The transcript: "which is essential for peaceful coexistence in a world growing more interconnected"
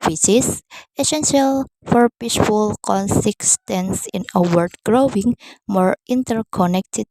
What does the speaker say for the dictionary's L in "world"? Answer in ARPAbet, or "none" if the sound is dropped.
none